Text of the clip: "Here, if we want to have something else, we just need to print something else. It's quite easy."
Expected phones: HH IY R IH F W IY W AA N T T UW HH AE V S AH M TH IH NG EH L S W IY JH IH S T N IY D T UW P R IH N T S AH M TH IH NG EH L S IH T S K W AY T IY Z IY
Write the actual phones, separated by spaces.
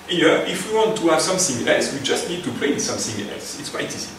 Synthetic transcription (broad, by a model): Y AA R IH F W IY W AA N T T UW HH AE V S AH M TH IH NG EH L S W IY JH IH S T N IY D T UW P L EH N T S AH M TH IH NG EH L S IH T S K W AY T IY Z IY